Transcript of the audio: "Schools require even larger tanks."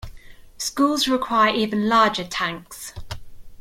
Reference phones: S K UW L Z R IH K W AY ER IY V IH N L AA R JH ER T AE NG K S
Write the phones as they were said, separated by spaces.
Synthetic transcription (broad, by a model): S K UW L Z R IH K W AY ER IY V IH N L AA JH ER T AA NG K S